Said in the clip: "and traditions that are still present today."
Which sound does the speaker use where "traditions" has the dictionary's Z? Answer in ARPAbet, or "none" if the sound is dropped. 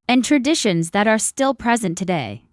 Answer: Z